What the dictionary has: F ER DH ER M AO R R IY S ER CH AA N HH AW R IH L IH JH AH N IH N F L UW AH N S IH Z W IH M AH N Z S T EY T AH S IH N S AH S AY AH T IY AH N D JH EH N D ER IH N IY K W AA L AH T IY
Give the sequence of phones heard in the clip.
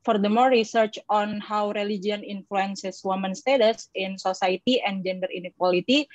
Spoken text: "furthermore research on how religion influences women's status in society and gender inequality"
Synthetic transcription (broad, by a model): F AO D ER M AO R R IY S ER CH AA N HH AW R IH L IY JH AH N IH N F L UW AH N S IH S W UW M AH N S T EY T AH S IH N S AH S AY T IY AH N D JH EH N D ER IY N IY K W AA L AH T IY